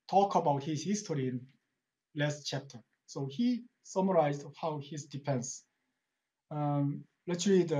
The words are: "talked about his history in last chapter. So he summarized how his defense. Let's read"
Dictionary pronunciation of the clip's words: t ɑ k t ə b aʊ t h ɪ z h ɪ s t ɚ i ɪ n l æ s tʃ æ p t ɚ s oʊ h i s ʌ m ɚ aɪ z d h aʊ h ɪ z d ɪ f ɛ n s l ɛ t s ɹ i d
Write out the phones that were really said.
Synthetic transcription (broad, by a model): t ɑ k ə b aʊ t h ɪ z h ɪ s t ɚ i ɪ n l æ s tʃ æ p t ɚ s oʊ h i s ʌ m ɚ aɪ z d h aʊ h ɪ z d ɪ p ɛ n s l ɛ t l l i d